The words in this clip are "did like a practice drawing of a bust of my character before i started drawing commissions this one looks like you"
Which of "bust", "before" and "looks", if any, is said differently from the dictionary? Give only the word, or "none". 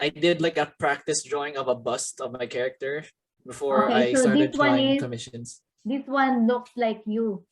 none